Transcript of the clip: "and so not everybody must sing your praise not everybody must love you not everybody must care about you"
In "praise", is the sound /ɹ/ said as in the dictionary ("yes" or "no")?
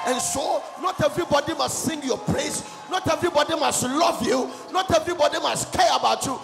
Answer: no